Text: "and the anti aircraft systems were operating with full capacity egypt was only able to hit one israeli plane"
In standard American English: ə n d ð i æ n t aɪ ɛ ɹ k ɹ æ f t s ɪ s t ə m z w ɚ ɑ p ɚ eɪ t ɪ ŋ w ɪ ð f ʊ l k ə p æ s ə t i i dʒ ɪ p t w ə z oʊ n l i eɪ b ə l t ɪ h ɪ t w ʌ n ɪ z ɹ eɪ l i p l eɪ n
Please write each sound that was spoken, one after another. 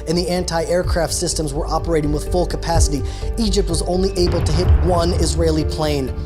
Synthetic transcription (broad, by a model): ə n ð i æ n t aɪ ɛ ɹ k ɹ æ f t s ɪ s t ə m z w ɚ ɑ p ɚ eɪ t ɪ ŋ w ɪ ð f ʊ l k ə p æ s ə t i i dʒ ɪ p t w ə z oʊ n l i eɪ b l t ɪ h ɪ t w ʌ n ɪ z ɹ eɪ l i p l eɪ n